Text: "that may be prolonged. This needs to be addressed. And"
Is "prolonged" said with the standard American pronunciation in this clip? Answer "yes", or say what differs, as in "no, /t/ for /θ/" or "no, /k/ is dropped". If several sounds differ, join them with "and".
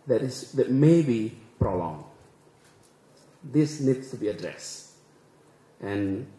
yes